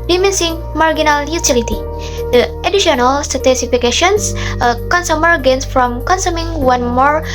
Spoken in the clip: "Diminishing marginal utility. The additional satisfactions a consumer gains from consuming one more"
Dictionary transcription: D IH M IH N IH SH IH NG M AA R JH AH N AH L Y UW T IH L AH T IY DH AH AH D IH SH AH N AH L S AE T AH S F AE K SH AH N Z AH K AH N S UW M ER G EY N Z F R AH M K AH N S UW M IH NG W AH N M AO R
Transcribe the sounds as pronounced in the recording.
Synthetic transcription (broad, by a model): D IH M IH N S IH NG M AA R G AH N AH L Y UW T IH L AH T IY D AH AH D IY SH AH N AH L S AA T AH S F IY K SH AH N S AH K AH N S UW M ER G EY N S F R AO M K AH N S UW M IH NG W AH N M AO R